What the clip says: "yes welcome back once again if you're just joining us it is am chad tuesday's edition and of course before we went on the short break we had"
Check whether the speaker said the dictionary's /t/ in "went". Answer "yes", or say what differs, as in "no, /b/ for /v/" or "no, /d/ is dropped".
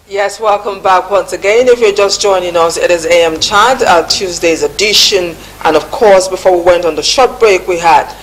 yes